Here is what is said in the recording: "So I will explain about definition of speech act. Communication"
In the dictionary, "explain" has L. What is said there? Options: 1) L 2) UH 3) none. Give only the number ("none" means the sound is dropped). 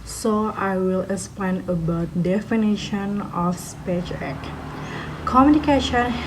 3